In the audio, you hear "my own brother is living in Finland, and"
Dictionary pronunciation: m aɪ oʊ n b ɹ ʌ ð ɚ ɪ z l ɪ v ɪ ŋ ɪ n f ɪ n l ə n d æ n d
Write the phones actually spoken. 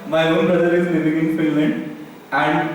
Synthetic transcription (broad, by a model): m aɪ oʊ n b ɹ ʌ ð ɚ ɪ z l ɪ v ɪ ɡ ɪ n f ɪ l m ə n æ n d